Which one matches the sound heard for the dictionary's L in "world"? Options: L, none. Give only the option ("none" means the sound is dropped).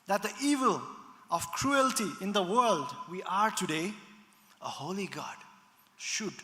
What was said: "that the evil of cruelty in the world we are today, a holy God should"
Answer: L